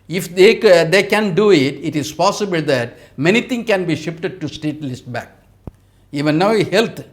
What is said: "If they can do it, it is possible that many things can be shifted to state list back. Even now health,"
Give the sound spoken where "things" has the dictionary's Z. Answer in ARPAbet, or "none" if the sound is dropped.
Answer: none